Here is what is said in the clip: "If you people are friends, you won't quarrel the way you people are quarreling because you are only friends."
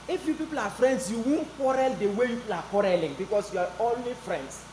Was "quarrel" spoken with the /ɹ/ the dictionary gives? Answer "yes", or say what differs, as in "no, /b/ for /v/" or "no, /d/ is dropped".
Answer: yes